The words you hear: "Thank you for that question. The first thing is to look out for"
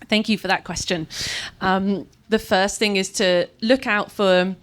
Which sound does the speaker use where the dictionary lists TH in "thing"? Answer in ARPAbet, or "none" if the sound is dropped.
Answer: TH